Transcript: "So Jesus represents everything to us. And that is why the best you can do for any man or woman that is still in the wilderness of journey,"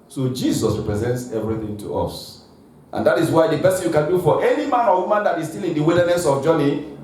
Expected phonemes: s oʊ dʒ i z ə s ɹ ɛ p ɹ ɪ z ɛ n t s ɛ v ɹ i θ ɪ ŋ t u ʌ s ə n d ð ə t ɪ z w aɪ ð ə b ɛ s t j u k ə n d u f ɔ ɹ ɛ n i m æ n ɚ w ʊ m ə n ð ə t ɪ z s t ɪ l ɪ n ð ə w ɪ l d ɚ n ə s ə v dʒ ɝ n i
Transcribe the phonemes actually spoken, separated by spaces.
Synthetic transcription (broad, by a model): s oʊ dʒ i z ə s ɹ ɛ p ɹ ɪ z ɛ n t s ɛ v ɹ i θ ɪ ŋ t u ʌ s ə n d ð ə t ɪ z w aɪ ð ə b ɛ s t j u k ə n d u f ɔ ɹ ɛ n i m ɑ n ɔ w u m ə n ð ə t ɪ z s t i l ɪ n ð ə w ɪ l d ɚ n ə s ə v dʒ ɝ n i